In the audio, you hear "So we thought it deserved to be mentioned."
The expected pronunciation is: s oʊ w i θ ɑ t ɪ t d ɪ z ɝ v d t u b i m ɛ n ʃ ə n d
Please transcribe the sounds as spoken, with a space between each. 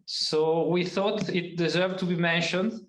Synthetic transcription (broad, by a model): s oʊ w i θ ɑ t ɪ t d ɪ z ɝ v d t u b i m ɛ n ʃ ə n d